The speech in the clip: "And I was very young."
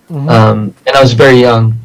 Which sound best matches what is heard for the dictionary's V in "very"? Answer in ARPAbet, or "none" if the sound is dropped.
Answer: V